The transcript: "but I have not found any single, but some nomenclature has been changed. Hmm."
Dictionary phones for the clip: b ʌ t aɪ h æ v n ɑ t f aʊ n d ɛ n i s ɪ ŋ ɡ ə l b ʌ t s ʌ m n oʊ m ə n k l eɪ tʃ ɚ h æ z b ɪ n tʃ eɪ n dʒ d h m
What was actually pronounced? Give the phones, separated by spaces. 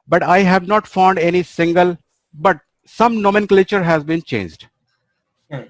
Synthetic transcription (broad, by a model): b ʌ t aɪ h æ v n ɑ t f aʊ n d ɛ n i s ɪ ŋ ɡ ə l b ʌ t s ʌ m n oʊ m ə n k l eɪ tʃ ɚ h æ z b ɪ n tʃ eɪ n dʒ d